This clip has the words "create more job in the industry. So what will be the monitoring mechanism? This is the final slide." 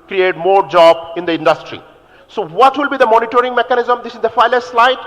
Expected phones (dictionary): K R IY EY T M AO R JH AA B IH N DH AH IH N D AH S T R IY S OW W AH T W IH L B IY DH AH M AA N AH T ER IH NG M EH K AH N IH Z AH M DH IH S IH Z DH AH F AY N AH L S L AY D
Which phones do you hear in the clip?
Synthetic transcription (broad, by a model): K R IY EY T M AO R JH AA B IH N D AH IH N D AH S T R IY S OW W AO T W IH L B IY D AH M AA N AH T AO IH NG M EH K AH N IH Z AH M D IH S IH Z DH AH F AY L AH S L AY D